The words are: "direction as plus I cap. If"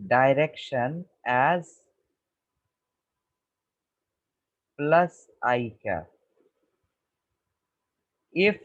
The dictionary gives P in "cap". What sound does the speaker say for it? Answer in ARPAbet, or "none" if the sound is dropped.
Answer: none